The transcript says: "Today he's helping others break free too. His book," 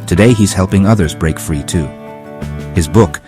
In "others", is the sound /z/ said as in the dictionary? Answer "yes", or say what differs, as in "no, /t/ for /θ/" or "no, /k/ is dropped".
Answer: yes